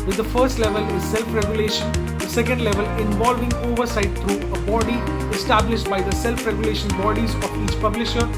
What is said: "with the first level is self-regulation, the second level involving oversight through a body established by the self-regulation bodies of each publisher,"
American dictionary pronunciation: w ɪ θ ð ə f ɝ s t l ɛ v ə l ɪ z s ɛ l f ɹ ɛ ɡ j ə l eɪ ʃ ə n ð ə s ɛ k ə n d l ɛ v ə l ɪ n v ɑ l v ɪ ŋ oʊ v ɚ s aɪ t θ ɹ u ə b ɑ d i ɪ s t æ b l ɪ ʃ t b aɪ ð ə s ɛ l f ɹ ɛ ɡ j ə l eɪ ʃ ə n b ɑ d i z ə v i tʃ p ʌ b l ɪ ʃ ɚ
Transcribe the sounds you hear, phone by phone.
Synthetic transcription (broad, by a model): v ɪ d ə f ɝ s t l ɛ v ə l ɪ z s ɛ l f ɹ ɛ ɡ j ə l eɪ ʃ ə n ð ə s ɛ k ə n d l ɛ v ə l ɪ n v ɑ l v ɪ ŋ oʊ v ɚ s aɪ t t ɹ u ə b ɑ d i ɪ s t æ b l ɪ ʃ t b aɪ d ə s ɛ l f ɹ ɛ ɡ j ə l eɪ ʃ ə n b ɑ d i z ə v i tʃ p ʌ b l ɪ ʃ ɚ